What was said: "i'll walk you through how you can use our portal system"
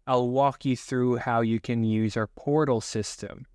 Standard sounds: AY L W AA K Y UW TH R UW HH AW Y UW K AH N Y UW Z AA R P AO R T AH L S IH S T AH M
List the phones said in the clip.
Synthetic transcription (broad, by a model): AY L W AA K Y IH TH R UW HH AW Y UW K AH N Y UW Z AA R P AO R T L S IH S T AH M